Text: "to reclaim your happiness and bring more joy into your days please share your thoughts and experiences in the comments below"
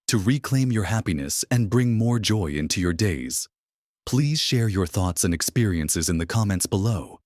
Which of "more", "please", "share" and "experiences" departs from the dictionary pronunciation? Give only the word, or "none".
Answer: none